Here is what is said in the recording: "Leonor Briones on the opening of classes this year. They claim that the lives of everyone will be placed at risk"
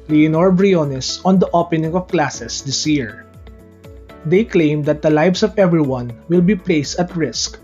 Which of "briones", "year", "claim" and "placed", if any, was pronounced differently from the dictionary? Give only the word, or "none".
none